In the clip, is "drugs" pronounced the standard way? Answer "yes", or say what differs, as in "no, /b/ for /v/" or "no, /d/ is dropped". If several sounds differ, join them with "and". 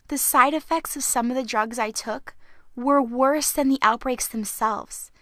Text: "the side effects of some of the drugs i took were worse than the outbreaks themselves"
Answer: yes